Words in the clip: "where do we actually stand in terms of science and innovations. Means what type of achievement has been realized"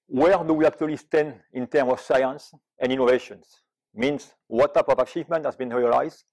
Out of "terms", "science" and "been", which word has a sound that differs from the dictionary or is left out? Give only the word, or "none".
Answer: terms